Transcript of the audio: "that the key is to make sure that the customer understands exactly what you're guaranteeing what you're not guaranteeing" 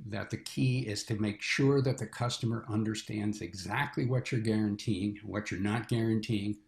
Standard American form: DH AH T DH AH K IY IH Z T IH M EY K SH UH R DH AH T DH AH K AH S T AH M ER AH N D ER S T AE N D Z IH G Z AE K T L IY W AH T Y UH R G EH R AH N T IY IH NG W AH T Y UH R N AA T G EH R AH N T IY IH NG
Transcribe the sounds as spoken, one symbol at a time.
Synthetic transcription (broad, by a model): DH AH T DH AH K IY IH Z T IH M EY K SH UH R DH AH T DH AH K AH S T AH M ER AH N D ER S T AE N D Z IH G Z AE K T L IY W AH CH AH R G EH R AH N T IY IH NG W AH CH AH R N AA T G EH R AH N T IY IH NG